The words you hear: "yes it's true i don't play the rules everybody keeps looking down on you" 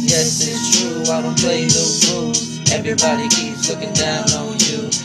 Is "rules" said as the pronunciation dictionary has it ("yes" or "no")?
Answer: no